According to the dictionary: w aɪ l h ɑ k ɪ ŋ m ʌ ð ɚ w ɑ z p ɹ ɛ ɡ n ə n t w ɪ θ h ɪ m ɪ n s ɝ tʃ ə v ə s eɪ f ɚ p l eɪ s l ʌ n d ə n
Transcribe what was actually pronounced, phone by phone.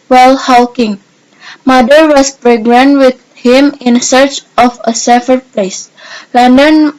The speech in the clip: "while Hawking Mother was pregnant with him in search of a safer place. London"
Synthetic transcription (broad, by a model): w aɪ l h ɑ k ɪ ŋ m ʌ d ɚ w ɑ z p ɹ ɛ ɡ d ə n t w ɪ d h ɪ m ɪ n s ɝ tʃ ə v ə s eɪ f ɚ p l eɪ s l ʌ n d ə n